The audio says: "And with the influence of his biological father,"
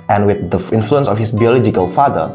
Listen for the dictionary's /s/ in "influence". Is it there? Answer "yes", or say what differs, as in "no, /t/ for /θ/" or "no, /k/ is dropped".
yes